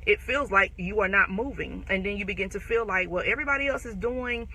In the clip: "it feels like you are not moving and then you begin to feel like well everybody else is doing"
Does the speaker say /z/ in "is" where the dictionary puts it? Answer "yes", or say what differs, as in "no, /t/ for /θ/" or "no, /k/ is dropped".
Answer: yes